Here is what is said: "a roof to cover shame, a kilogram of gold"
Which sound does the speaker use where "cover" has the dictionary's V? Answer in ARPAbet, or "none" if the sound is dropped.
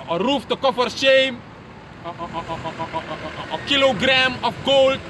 F